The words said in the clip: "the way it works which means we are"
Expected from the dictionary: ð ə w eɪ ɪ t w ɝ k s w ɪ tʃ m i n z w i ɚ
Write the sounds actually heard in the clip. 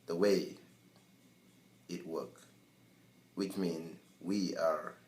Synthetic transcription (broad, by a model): ð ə w eɪ ɪ t w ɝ k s w ɪ tʃ m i n w i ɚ